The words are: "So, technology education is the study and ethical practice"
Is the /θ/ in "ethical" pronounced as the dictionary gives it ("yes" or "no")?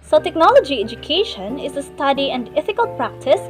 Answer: no